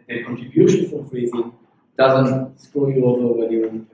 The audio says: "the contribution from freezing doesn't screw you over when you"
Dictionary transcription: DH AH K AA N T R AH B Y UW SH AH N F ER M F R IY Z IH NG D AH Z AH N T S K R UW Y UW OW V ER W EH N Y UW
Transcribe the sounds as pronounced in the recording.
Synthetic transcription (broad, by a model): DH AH K AA N T R AH B Y UW SH AH N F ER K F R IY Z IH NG D AH Z AH N T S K AO Y UW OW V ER W EH N Y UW